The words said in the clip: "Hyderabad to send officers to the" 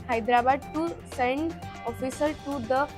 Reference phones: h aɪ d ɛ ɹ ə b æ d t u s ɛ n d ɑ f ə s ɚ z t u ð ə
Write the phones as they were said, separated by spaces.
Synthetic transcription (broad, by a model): h aɪ d ɹ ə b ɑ d t u s ɛ n d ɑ f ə s ɚ t u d ə